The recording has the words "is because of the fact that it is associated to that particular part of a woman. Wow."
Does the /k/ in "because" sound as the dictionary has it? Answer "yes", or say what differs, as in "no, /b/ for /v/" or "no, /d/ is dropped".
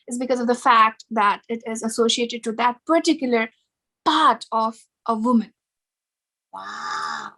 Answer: yes